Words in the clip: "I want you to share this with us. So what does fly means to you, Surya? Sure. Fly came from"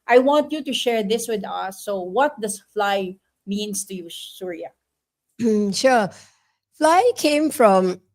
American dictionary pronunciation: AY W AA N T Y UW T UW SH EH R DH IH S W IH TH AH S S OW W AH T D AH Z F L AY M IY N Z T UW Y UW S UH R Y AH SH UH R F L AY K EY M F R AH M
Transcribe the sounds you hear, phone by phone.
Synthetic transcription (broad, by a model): AY W AA N T Y UW T UW SH EH R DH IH S W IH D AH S S OW W AH T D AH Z F L AY M IY N S T UW Y UW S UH R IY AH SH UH F L AY K EY M F R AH M